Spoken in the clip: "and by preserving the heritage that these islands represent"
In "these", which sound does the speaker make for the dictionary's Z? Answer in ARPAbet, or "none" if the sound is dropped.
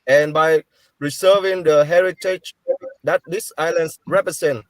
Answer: S